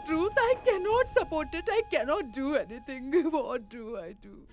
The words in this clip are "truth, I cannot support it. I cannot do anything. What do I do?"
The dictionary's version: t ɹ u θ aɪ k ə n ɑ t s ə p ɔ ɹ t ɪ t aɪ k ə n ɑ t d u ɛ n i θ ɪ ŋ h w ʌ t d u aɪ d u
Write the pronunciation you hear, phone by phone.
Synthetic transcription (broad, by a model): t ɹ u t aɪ k ə n ɑ t s ə p ɔ ɹ t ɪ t aɪ k ə n ɑ t d u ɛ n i t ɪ ŋ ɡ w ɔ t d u aɪ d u